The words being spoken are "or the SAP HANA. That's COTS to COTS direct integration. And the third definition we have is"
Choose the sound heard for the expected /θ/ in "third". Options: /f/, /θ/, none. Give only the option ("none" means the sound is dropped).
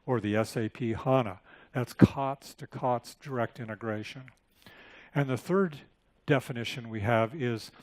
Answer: /θ/